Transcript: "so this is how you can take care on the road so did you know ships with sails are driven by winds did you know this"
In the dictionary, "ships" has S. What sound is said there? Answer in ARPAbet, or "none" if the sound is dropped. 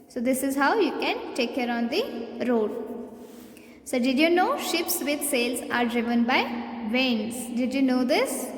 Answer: S